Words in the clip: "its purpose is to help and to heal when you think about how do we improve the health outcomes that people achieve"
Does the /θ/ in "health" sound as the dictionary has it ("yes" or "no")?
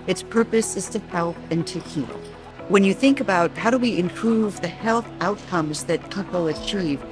yes